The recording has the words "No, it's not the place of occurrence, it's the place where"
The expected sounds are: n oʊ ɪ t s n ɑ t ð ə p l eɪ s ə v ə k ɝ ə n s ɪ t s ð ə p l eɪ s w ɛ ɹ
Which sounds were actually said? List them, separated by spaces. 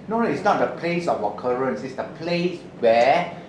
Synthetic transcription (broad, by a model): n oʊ ɪ t s n ɑ t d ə p l eɪ s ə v ə k ɝ ə n s ɪ t s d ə p l eɪ s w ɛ